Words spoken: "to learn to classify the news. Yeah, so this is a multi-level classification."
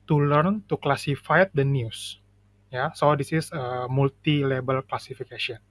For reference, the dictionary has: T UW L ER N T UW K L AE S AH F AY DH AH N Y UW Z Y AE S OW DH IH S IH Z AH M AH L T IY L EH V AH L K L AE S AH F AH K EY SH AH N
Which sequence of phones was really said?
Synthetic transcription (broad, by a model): T UW L ER N T UW K L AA S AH F AY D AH N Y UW S Y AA S OW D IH S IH S AH M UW L T IY L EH B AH L K L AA S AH F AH K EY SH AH N